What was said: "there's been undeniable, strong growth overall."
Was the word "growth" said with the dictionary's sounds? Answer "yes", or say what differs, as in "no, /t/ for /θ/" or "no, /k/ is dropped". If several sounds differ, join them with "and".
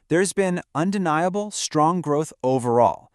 yes